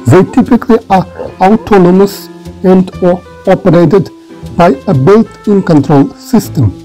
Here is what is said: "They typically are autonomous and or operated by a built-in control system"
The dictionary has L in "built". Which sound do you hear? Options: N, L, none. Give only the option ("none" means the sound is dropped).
none